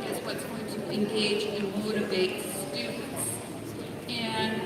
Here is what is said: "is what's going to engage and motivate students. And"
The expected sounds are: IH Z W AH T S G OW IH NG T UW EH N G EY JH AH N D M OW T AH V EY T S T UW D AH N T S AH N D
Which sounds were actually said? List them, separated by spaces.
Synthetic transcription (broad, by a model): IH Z W AH T S G OW IH NG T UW EH N G EY JH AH N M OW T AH B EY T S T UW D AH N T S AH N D